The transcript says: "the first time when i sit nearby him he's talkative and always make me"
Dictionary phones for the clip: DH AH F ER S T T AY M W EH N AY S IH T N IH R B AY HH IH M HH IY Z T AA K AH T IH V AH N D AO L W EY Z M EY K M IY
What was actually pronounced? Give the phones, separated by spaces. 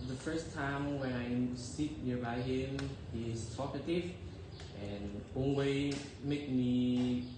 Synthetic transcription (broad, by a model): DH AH F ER S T T AY M W EH N AY S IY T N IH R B AY HH IH M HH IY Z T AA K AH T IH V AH N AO N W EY M EY K M IY